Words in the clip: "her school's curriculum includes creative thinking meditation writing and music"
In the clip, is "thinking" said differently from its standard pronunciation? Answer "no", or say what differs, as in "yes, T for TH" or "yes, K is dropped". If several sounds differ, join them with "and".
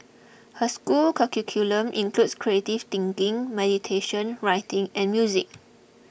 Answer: yes, T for TH